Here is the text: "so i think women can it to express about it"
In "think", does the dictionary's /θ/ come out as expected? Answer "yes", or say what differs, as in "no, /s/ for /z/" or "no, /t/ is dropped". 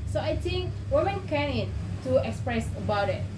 no, /t/ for /θ/